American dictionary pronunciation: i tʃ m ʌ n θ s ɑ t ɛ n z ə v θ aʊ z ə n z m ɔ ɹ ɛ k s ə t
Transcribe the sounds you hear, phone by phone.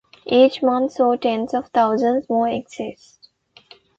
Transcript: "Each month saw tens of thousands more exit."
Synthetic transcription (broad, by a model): i tʃ m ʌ n t s ɑ t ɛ n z ə v t aʊ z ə n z m ɔ ɹ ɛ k s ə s